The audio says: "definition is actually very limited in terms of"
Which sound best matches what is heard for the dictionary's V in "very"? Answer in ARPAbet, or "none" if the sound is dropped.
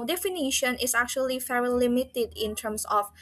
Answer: F